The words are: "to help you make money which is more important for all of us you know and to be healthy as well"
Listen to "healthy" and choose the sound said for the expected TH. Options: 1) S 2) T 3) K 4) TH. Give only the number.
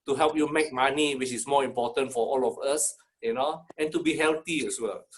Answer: 2